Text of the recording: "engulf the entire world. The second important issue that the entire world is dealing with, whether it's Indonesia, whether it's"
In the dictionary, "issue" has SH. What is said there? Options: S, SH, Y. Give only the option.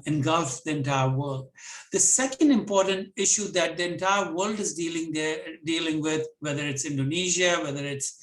SH